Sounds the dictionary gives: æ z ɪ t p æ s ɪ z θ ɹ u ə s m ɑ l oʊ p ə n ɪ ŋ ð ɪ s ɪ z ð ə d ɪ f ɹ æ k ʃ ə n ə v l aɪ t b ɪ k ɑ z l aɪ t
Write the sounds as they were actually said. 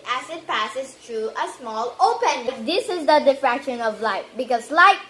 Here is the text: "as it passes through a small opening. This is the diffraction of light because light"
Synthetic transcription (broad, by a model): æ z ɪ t p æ s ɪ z t ɹ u ə s m ɑ l oʊ p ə n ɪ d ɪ s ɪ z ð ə d ɪ f ɹ æ k ʃ ə n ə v l aɪ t b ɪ k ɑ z l aɪ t